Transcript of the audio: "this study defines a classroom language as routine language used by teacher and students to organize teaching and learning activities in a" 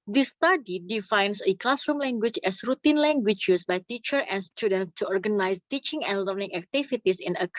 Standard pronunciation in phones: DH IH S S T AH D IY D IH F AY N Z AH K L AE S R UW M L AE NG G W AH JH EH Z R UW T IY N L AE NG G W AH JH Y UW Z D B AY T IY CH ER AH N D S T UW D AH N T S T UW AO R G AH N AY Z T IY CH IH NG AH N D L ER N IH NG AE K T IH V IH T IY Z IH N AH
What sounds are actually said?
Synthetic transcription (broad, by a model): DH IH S S T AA D IY D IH F AY N S AH K L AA S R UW M L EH NG G W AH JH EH S R UW T IY N L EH NG G W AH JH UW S B AY T IY CH ER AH N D S T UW D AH N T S T UW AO R G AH N AY S T IY CH IH NG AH N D L ER N IH NG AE K T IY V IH T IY S IH N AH